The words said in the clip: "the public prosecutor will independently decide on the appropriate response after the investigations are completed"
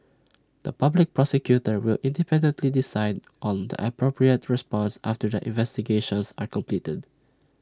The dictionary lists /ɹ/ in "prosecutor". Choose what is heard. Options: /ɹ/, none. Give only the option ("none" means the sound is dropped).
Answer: /ɹ/